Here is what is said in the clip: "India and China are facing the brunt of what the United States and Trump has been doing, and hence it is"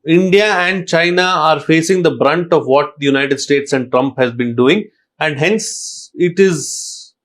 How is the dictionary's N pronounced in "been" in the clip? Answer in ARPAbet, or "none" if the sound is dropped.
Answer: N